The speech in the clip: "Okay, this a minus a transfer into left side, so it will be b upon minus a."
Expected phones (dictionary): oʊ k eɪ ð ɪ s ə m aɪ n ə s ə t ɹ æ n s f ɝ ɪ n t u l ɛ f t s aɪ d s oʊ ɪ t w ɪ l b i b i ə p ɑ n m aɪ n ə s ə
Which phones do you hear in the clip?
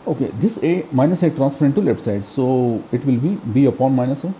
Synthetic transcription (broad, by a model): oʊ k eɪ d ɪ s ə m aɪ n ə s ə t ɹ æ n s p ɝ ɪ n t u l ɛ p s aɪ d s oʊ ɪ t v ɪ l b i b i ə p ɑ n m aɪ n ə s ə